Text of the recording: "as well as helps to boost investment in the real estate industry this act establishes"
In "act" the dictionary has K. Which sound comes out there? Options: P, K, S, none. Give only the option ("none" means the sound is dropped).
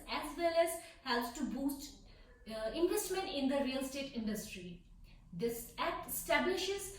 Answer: none